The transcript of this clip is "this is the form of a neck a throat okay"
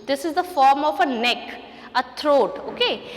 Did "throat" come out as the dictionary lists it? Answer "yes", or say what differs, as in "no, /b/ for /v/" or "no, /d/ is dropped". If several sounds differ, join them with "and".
no, /t/ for /θ/